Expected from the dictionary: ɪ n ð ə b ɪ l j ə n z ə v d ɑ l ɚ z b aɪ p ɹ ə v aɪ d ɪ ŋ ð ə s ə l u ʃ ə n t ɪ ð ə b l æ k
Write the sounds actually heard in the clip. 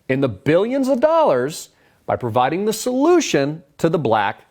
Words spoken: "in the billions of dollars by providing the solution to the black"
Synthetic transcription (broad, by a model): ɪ n ð ə b ɪ l j ə n z ə v d ɑ l ɚ z b aɪ p ɹ ə v aɪ d ɪ ŋ ð ə s ə l u ʃ ə n t ɪ ð ə b l æ k